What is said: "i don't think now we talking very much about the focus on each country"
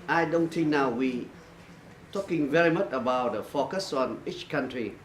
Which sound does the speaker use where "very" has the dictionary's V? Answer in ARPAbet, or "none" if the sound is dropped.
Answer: V